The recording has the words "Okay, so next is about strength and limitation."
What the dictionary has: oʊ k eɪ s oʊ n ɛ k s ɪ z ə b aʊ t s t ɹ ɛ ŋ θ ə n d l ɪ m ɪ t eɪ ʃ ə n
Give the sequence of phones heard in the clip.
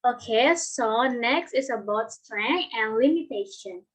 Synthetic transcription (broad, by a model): oʊ k eɪ s oʊ n ɛ k s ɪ s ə b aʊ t s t ɹ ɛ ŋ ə n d l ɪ m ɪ t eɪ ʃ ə n